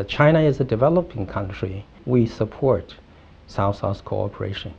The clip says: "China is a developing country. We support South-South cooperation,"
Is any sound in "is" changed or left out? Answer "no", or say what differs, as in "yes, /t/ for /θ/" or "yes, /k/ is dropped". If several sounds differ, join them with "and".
no